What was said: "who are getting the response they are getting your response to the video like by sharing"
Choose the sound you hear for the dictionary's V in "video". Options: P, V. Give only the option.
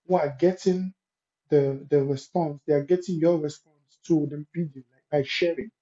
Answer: P